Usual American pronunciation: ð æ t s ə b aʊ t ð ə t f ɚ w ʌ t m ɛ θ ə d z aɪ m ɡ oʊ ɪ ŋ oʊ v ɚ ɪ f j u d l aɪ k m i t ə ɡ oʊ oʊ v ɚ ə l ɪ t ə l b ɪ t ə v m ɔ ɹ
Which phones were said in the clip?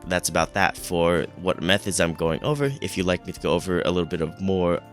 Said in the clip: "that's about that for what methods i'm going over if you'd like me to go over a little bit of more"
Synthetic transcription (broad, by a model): ð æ t s ə b aʊ t ð ə t f ɚ w ʌ t m ɛ θ ə d z aɪ m ɡ oʊ ɪ ŋ oʊ v ɚ ɪ f j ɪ l aɪ k m i t ə ɡ oʊ oʊ v ɚ ə l ɪ t l b ɪ t ə v m ɔ ɹ